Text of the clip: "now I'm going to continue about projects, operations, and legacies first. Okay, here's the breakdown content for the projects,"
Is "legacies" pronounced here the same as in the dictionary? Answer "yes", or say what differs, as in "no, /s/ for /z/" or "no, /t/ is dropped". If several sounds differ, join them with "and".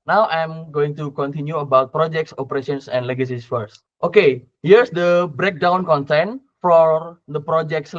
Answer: no, /s/ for /z/